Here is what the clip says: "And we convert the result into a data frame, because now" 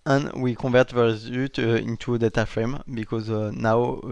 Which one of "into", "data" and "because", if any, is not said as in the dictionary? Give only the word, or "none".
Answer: none